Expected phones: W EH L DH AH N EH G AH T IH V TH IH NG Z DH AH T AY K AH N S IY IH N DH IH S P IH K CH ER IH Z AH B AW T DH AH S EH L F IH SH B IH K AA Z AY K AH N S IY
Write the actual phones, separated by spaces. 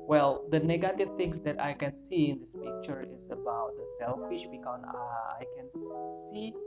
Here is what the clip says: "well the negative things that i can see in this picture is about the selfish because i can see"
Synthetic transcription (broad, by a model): W EH L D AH N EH G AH T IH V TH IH NG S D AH T AY K AH N S IY IH N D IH S P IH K CH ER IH S AH B AW T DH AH S EH L F IH SH B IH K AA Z AY K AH N S IY